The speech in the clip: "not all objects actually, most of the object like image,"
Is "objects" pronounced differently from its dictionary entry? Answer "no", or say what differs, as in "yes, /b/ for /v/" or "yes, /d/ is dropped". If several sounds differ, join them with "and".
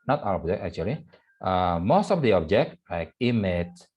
yes, /s/ is dropped